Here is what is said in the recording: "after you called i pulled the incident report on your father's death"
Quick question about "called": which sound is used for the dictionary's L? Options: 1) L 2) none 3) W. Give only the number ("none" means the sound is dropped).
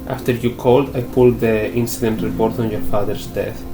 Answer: 1